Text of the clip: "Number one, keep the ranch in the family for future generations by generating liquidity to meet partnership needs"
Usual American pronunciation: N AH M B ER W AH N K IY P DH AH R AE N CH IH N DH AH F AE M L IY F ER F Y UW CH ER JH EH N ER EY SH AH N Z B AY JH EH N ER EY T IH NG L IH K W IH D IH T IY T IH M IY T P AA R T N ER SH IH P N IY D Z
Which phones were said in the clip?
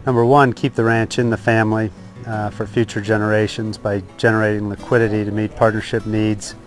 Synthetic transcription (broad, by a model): N AH M B ER W AH N K IY P DH AH R AE N CH IH N DH AH F AE M L IY F ER F Y UW CH ER JH EH N ER EY SH AH N Z B AY JH EH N ER EY T IH NG L IH K W IH D IH T IY T IH M IY T P AA R T N ER SH IH P N IY D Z